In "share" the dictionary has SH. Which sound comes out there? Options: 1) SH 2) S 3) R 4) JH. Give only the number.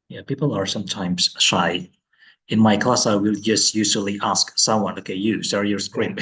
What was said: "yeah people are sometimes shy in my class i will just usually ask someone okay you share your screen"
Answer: 2